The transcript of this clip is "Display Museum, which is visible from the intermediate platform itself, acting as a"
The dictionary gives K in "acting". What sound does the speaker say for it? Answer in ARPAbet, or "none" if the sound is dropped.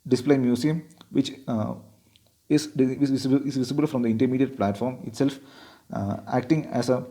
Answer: K